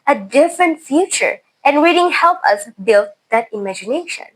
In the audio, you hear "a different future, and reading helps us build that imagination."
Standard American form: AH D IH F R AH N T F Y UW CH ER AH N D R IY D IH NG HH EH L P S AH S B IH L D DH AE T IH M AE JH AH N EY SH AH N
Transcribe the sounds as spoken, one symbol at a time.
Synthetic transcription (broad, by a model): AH D IH F R AH N T F Y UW CH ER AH N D R IY D IH NG HH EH L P AH S B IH L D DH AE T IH M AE JH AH N EY SH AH N